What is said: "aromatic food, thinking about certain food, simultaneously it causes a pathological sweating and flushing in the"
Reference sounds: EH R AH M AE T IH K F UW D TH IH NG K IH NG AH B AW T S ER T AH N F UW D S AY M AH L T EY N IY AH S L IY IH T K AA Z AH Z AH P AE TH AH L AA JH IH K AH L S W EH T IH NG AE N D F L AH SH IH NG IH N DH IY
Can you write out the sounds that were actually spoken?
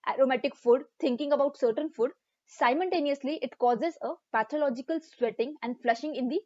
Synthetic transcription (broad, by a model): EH R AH M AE T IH K F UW D T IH NG K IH NG AH B AW T S ER T AH N F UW D S AY M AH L T EY N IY AH S L IY IH T K AA Z AH Z AH P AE T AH L AA JH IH K AH L S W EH T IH NG AE N D F L AH SH IH NG IH N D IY